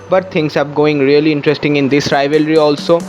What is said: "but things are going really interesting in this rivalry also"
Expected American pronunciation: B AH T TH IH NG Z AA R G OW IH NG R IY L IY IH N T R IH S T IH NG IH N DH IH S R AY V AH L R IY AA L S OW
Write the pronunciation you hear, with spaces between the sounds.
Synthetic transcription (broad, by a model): B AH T T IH NG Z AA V G OW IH NG R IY L IY IH N T R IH S T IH NG IH N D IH S R AY V AH L R IY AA L S OW